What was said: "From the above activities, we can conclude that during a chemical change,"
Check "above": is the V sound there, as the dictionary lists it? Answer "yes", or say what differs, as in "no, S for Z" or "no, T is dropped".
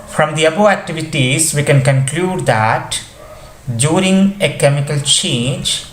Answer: no, V is dropped